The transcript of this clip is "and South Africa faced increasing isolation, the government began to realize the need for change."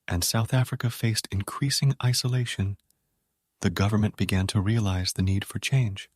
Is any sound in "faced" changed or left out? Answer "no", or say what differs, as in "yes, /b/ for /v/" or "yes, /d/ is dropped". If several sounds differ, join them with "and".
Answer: no